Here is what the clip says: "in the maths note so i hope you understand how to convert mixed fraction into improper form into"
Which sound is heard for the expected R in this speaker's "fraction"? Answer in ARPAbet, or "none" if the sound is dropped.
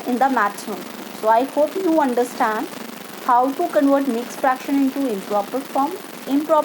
R